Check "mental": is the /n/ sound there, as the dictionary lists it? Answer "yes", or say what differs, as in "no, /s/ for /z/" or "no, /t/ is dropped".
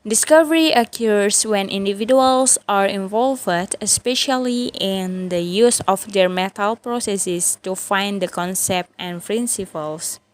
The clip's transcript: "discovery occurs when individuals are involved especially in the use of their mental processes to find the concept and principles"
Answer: no, /n/ is dropped